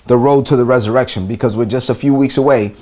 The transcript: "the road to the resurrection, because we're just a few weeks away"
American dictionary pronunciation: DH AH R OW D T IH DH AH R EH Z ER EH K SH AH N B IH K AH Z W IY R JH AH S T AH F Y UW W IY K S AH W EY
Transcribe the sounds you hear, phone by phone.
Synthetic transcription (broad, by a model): DH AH R OW D T IH DH AH R EH Z ER EH K SH AH N B IH K AH Z W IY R JH AH S T AH F Y UW W IY K S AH W EY